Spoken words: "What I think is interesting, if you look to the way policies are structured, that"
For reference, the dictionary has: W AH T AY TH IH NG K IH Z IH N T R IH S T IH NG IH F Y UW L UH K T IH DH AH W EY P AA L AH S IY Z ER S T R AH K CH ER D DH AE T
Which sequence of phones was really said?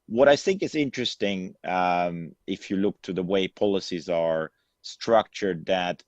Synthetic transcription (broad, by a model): W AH T AY TH IH NG K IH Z IH N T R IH S T IH NG IH F Y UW L UH K T IH DH AH W EY P AA L AH S IY Z ER S T R AH K CH ER D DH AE T